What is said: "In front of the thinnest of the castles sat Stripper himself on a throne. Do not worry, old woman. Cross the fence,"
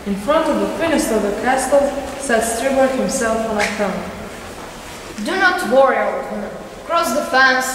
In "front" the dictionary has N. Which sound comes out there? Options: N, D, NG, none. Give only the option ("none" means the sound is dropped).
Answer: N